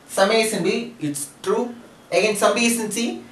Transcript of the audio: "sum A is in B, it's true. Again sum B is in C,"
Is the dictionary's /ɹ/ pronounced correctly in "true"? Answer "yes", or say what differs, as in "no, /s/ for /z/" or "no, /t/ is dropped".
yes